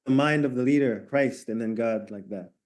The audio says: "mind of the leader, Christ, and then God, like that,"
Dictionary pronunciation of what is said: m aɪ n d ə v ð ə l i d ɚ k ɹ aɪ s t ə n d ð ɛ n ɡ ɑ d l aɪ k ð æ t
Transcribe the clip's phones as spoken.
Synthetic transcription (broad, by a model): m aɪ n d ə v ð ə l i d ɚ k ɹ aɪ s t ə n ð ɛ n ɡ ɑ d l aɪ k ð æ t